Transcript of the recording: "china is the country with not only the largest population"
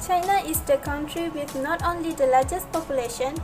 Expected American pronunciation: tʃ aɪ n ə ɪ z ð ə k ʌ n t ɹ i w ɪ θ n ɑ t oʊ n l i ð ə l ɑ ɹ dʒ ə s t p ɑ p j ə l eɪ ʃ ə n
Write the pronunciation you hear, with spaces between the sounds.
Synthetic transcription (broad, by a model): tʃ aɪ n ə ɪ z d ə k ʌ n t ɹ i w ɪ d n ɑ t oʊ n l i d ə l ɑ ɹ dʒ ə s t p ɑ p j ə l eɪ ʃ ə n